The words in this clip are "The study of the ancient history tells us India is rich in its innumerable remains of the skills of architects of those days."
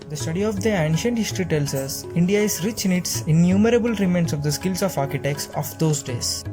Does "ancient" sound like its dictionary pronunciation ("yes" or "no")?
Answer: yes